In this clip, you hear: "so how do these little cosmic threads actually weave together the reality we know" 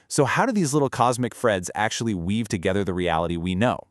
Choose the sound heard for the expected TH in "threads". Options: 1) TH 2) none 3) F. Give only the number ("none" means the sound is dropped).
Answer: 3